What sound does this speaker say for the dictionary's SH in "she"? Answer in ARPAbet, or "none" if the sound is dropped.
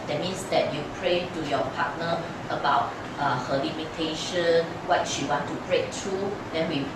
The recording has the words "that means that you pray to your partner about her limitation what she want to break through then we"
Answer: SH